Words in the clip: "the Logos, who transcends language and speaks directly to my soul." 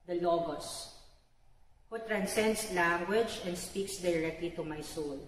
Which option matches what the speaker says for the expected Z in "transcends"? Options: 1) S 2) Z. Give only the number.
1